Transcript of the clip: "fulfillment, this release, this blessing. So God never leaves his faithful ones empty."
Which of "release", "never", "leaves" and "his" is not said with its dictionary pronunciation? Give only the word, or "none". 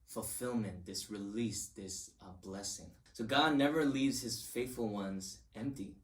none